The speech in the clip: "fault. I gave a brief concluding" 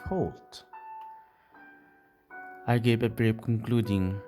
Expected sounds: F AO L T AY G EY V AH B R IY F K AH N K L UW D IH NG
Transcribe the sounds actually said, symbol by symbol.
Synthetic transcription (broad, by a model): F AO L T AY G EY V AH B R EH P K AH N K L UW D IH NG